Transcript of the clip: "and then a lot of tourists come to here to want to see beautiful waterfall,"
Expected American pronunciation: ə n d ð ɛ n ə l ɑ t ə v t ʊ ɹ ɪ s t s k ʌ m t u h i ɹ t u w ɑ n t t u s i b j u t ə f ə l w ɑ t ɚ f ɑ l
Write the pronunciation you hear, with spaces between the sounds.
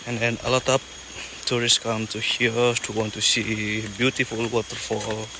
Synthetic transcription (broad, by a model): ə n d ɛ n ə l ɑ t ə p t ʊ ɹ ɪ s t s k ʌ m t u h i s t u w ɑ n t t u s i b j u t ə f ə l w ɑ t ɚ f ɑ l